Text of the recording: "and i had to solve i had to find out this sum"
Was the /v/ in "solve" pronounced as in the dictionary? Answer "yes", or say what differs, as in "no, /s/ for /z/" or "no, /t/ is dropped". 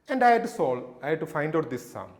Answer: no, /v/ is dropped